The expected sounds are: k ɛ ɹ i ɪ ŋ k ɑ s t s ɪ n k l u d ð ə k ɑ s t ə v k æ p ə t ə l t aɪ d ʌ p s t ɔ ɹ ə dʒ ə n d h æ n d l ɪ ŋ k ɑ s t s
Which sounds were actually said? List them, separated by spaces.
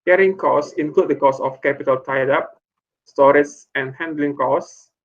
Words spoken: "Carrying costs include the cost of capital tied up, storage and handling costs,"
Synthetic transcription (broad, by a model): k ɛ ɹ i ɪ ŋ k ɑ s s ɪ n k l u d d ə k ɑ s ə f k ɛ p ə t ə l t aɪ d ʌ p s t ɔ ɹ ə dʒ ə n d h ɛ n d l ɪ ŋ k ɑ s s